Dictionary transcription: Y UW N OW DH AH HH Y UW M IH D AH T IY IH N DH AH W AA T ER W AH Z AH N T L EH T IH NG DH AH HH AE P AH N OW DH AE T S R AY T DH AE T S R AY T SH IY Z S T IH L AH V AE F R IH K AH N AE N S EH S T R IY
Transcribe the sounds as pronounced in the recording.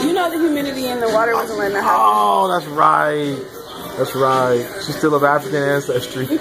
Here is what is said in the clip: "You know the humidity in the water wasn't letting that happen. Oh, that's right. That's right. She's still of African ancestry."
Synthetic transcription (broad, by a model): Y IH N OW DH AH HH Y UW M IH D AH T IY IH N DH AH W AA T ER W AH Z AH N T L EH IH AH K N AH OW DH AE T S R AY T DH AE T S R AY T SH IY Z S T IH L AH V AE F R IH K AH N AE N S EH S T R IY